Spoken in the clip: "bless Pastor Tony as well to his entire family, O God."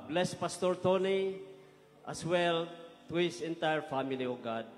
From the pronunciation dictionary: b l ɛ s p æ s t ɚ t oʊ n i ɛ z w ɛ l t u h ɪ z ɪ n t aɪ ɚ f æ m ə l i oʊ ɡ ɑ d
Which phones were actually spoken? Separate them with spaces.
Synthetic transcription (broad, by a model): b l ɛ s p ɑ s t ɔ t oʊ n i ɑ s w ɛ l t u h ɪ s ɪ n t aɪ ɚ f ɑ m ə l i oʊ ɡ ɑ d